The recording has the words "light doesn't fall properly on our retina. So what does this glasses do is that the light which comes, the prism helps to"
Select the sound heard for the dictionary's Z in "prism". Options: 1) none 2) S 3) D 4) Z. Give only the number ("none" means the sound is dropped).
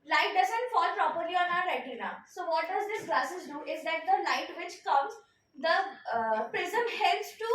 4